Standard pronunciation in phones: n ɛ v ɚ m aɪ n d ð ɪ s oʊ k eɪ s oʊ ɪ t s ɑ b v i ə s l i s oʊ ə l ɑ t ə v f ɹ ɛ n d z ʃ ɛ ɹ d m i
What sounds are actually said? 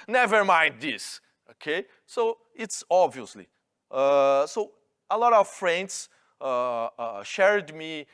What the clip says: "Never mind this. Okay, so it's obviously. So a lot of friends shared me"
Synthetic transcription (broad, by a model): n ɛ v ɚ m aɪ n d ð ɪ s oʊ k eɪ s oʊ ɪ t s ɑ b v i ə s l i s oʊ ə l ɑ t ə v f ɹ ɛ n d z ʃ ɛ ɹ d m i